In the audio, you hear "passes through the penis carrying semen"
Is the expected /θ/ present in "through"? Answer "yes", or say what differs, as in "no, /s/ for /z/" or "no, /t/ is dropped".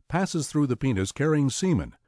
yes